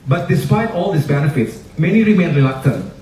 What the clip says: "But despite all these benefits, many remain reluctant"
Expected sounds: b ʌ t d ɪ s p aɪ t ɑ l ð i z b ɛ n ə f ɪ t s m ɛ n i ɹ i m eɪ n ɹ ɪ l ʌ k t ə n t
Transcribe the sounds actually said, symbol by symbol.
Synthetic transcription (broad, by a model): b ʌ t d ɪ s p aɪ t ɑ l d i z b ɛ n ə f ɪ t s m ɛ n i ɹ i m eɪ n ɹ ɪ l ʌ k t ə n